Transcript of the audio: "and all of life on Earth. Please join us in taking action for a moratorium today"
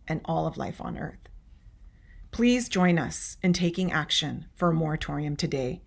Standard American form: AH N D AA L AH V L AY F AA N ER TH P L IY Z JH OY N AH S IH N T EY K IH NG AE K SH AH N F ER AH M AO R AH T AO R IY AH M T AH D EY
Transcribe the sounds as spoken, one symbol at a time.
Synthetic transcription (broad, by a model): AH N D AA L AH V L AY F N ER TH P L IY Z JH OY N AH S IH N T EY K IH NG AE K SH AH N F ER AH M AO R AH T AO R IY AH M T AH D EY